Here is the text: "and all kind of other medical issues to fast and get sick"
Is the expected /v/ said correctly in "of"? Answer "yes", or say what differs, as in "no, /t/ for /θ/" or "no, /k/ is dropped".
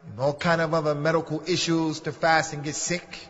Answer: yes